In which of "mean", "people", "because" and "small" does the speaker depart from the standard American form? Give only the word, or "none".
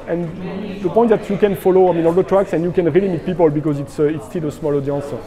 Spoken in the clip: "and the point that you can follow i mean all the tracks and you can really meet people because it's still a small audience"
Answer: none